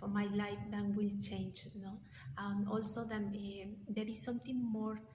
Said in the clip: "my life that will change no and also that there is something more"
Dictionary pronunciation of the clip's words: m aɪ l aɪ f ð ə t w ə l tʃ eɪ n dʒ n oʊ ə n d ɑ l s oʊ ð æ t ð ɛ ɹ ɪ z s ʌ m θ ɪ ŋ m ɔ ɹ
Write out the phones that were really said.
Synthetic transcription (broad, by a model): m aɪ l aɪ f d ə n w ə l tʃ eɪ n dʒ n oʊ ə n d ɑ l s oʊ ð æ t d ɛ ɹ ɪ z s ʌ m t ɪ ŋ m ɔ ɹ